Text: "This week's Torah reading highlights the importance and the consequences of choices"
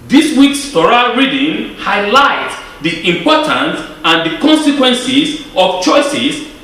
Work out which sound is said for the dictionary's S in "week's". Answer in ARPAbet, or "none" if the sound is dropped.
S